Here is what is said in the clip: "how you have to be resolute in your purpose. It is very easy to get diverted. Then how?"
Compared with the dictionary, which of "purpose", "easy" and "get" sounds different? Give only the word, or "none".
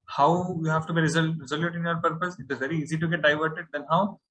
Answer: none